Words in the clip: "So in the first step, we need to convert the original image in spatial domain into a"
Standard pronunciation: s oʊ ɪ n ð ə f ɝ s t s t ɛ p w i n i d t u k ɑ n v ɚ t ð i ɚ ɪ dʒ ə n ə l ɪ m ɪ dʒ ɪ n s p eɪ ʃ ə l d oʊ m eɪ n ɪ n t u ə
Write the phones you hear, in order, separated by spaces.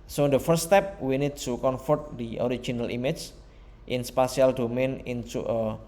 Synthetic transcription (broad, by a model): s oʊ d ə f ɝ t s t ɛ p w i n i d t u k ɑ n f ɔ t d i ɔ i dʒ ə n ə l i m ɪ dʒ ɪ n s p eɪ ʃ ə l d oʊ m eɪ n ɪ n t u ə